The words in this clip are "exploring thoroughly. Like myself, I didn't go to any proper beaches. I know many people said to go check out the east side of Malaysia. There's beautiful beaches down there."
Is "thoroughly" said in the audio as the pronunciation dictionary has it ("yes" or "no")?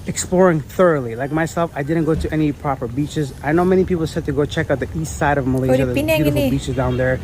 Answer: yes